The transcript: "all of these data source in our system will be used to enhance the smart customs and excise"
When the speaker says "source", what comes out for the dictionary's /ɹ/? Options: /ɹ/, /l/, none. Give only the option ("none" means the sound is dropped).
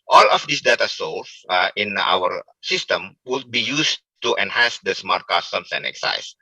/l/